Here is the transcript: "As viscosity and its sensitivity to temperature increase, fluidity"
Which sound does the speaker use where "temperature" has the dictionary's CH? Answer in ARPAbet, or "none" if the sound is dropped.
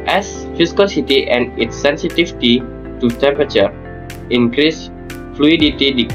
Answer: CH